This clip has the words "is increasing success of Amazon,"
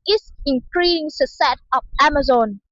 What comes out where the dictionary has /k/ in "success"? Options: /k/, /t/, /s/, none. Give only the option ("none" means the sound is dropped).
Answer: none